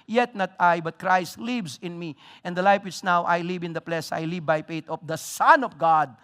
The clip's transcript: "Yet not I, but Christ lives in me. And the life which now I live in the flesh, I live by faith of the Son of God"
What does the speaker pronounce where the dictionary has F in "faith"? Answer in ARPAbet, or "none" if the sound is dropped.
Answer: P